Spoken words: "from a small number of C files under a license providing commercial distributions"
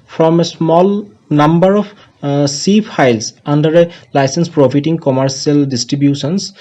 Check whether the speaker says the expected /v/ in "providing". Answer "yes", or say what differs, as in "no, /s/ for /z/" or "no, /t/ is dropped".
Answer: no, /f/ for /v/